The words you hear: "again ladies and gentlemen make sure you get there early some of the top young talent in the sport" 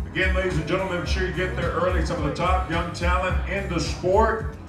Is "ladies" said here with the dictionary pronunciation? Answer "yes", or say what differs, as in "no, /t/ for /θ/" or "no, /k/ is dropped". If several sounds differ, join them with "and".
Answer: yes